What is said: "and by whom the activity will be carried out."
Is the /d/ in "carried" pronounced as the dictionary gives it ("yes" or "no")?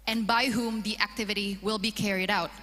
yes